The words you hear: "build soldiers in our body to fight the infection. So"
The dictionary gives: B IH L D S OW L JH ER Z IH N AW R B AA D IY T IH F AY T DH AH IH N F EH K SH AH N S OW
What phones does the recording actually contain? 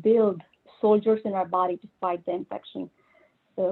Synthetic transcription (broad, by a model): B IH L D S OW L JH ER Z IH N AW R B AA D IY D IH P AY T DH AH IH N F EH K SH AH N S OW